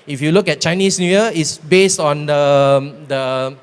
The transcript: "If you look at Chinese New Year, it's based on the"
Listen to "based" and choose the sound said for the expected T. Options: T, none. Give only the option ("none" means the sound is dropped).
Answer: T